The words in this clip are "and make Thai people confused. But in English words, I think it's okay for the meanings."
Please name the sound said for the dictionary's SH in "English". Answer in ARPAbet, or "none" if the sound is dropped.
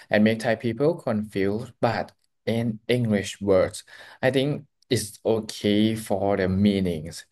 SH